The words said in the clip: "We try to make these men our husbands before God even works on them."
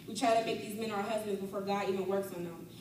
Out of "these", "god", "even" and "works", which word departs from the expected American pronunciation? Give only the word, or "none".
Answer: none